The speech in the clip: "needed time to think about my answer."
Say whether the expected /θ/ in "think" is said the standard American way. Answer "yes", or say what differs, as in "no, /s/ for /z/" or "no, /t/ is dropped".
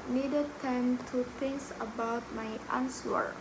no, /t/ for /θ/